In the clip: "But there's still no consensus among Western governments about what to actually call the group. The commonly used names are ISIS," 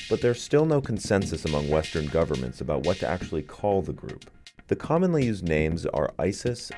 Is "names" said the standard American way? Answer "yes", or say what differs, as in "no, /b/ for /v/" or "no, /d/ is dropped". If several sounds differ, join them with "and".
yes